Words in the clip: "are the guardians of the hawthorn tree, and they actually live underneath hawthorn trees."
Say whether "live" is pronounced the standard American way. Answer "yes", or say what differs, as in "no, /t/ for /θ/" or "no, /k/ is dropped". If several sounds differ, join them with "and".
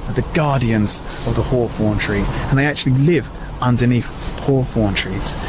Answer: yes